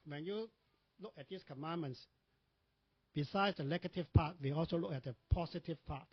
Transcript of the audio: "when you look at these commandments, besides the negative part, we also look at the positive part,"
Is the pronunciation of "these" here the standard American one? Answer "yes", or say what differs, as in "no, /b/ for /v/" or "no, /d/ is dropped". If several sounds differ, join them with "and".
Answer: no, /s/ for /z/